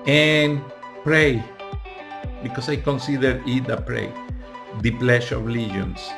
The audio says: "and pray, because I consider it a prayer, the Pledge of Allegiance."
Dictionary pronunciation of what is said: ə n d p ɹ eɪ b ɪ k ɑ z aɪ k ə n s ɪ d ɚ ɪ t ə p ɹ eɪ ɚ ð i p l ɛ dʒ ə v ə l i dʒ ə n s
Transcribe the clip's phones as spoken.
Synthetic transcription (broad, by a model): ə n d p ɹ eɪ b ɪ k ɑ s aɪ k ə n s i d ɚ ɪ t ə p ɹ eɪ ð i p l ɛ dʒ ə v l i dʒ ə n s